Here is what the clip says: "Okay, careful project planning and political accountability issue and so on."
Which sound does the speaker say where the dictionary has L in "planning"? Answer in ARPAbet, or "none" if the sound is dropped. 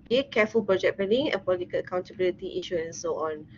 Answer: none